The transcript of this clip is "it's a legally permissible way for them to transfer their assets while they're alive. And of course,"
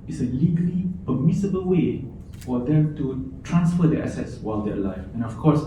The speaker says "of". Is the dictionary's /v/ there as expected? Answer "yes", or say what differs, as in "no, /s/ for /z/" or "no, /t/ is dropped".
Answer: no, /f/ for /v/